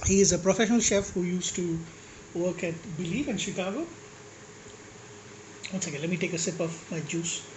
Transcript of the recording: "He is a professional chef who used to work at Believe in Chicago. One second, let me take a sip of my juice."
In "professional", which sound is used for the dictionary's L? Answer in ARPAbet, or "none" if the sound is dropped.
L